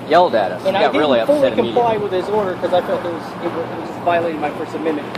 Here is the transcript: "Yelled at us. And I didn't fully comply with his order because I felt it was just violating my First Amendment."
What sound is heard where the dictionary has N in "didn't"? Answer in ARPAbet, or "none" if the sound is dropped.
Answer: L